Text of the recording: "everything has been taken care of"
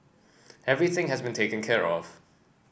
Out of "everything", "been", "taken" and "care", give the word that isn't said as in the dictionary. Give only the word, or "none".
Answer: none